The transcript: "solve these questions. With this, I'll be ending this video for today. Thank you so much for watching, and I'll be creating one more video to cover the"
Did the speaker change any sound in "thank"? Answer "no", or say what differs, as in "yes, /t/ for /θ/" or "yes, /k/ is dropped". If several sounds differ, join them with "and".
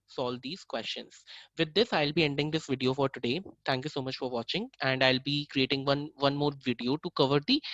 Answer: yes, /t/ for /θ/